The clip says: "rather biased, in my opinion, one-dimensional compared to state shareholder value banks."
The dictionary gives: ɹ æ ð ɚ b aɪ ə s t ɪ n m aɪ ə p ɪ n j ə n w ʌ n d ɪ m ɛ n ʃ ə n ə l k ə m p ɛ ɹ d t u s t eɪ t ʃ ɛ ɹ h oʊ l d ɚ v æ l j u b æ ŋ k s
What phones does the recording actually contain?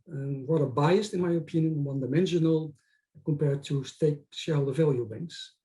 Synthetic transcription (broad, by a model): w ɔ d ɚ b aɪ ə s t ɪ n m aɪ ə p ɪ n j ə n w ʌ n d ɪ m ɛ n ʃ ə n ə l k ə m p ɛ ɹ d t u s t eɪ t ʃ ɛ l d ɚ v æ l j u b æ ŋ k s